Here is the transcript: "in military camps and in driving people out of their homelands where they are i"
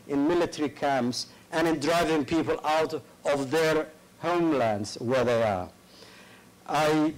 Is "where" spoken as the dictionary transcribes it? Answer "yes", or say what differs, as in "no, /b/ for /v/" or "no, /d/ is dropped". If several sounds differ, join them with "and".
yes